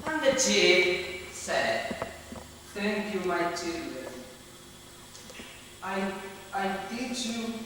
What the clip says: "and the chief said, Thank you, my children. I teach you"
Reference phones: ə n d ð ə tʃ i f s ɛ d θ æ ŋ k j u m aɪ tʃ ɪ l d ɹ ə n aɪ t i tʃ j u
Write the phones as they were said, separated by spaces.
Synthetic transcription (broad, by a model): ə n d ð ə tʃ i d s ɛ d t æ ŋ k j u m aɪ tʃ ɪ l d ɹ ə n aɪ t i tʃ j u